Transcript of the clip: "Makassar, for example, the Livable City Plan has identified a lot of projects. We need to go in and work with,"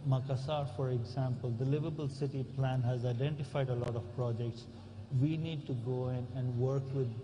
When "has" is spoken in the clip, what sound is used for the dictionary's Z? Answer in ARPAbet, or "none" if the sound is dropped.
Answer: Z